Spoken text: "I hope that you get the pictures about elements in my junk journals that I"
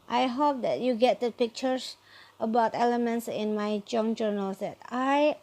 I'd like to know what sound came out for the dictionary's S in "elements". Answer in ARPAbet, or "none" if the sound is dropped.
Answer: S